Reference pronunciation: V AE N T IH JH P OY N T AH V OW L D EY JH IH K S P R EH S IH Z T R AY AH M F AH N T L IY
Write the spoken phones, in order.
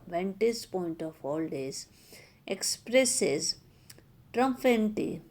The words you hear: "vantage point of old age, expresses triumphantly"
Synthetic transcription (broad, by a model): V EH N T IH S P OY N T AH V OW L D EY Z IH K S P R EH S IH Z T R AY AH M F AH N T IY